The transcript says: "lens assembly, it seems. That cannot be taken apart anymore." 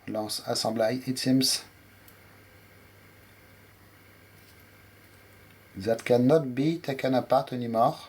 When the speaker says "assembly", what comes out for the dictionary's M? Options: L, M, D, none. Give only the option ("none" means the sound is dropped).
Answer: none